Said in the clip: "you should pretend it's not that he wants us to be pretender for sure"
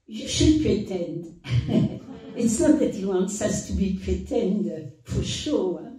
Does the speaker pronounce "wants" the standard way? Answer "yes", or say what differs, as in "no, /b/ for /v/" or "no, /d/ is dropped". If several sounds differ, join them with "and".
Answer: yes